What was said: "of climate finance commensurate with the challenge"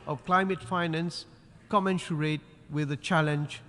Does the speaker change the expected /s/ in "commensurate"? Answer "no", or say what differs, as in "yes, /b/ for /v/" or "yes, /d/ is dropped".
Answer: yes, /ʃ/ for /s/